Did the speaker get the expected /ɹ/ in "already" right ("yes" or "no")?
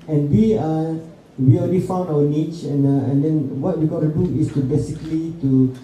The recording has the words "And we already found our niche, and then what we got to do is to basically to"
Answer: no